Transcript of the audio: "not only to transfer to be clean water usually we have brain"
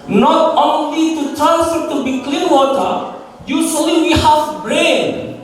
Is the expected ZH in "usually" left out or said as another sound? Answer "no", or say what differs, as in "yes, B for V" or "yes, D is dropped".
yes, S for ZH